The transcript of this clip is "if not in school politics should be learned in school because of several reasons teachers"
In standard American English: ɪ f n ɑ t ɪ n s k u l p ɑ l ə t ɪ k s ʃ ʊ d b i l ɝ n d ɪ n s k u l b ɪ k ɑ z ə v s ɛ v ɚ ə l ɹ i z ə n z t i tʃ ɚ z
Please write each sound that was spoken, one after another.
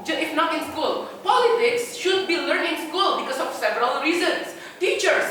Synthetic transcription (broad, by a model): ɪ f n ɑ t ɪ n s k u l p ɑ l ə t ɪ k s ʃ ʊ d b i l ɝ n ɪ n s k u l b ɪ k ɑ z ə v s ɛ v ɚ ə l ɹ i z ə n s t i tʃ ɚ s